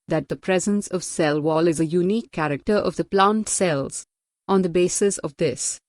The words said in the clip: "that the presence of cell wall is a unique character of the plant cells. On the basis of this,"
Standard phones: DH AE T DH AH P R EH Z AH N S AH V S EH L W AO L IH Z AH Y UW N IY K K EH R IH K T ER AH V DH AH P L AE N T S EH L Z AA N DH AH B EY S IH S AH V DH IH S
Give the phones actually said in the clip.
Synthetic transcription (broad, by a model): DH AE T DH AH P R EH Z AH N S AH V S EH L W AO L IH Z AH Y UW N IY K K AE R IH K T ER AH V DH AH P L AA N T S EH L Z AA N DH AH B EY S IH S AH V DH IH S